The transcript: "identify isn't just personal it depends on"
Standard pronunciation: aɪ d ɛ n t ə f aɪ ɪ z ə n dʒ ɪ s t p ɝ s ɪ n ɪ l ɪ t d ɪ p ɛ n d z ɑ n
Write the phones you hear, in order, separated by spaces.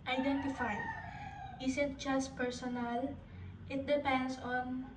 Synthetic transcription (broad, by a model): aɪ d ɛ n t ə f aɪ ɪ s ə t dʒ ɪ s t p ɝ s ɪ n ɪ l ɪ t d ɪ p ɛ n d s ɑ n